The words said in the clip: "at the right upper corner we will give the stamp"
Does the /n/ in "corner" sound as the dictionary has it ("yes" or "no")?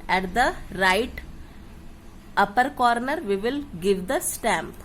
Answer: yes